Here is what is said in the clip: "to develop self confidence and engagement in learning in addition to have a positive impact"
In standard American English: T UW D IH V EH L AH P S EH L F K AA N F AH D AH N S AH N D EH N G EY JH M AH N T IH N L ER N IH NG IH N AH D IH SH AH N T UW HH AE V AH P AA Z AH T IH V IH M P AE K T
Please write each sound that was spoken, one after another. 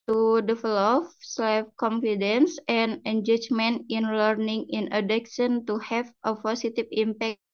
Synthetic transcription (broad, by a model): T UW D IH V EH L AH F S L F K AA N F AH D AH N S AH N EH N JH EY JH M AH N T IH N L ER N IH NG IH N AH D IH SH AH N T UW HH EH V AH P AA S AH T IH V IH M P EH K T